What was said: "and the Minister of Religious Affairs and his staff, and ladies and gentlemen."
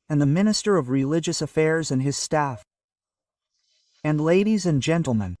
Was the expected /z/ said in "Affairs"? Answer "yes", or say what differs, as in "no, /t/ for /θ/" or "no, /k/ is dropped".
yes